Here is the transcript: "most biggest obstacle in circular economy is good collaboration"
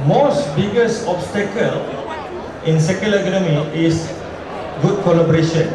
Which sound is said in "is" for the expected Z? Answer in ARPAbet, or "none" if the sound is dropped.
S